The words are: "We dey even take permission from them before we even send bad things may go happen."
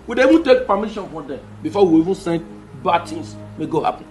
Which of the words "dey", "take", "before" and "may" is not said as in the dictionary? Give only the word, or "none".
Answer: before